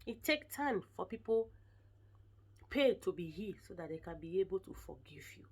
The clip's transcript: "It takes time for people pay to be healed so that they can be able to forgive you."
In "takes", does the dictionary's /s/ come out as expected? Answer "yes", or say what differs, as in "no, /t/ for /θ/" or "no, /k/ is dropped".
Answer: no, /s/ is dropped